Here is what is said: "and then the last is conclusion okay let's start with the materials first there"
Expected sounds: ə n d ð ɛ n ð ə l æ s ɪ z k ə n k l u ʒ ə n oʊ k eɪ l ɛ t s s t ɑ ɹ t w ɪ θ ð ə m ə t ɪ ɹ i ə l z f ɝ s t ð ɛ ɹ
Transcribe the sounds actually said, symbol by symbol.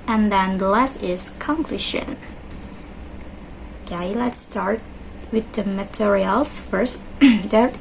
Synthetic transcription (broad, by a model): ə n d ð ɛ n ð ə l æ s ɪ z k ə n k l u ʃ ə n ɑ ɪ l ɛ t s s t ɑ ɹ t w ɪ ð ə m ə t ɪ ɹ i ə l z f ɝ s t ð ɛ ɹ